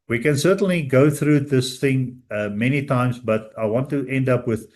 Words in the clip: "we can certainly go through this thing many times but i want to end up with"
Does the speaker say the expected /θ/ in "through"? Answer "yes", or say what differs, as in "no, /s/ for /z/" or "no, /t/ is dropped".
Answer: yes